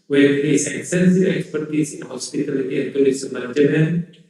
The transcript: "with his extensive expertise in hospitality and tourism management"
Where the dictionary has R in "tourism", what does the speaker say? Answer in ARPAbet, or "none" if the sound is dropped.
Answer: L